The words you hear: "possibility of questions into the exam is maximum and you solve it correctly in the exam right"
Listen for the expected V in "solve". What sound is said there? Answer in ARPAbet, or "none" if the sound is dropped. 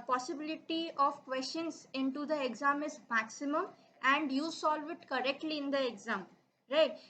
V